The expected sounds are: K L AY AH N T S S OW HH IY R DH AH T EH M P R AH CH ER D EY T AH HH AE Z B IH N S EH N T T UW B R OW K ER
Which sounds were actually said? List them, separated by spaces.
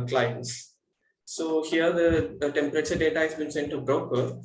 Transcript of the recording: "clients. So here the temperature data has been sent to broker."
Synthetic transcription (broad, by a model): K L AY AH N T S S OW HH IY R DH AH T EH M P R AH CH ER D EY T AH HH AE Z B IH N S EH N T T UW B R OW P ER